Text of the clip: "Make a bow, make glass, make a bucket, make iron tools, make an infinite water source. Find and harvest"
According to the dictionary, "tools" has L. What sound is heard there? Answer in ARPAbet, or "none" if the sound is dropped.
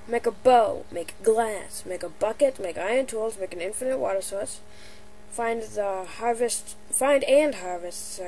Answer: L